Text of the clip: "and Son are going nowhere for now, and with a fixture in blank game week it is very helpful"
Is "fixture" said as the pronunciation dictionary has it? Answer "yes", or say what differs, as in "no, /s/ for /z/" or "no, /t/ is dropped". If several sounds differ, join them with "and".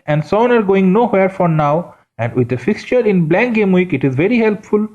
yes